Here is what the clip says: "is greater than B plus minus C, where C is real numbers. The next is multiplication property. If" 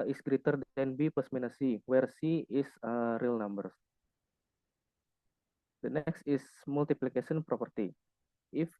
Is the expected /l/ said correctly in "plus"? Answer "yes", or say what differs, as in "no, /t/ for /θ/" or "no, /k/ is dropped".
no, /l/ is dropped